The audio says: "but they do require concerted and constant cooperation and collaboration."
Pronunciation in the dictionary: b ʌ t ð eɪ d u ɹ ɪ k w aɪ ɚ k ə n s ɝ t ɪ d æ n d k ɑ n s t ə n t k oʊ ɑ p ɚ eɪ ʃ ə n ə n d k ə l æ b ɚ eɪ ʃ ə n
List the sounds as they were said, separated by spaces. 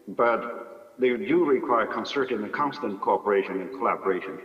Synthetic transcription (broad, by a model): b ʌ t ð eɪ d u ɹ ɪ k w aɪ ɚ k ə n s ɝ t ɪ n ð k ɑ n s t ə n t k oʊ ɑ p ɚ eɪ ʃ ə n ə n k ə l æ b ɚ eɪ ʃ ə n